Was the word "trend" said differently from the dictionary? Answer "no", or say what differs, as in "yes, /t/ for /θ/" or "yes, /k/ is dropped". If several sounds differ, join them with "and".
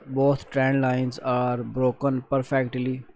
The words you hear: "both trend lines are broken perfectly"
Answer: no